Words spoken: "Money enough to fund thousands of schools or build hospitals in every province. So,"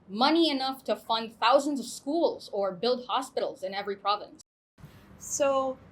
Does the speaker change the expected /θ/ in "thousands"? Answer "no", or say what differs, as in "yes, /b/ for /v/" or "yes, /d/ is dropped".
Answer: no